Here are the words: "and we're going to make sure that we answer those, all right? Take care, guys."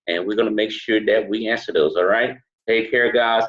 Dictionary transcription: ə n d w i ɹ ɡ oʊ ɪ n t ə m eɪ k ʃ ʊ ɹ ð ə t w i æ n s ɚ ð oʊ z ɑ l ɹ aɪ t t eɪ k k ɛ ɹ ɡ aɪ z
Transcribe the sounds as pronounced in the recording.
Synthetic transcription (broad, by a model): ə n w i ɹ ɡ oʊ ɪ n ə m eɪ k ʃ ʊ ɹ ð ə t w i æ n s ɚ ð oʊ z ɑ l ɹ aɪ t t eɪ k k ɛ ɹ ɡ aɪ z